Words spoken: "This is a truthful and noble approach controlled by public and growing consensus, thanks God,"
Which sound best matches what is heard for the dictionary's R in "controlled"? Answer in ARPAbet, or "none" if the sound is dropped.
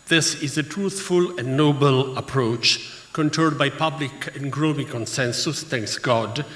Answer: none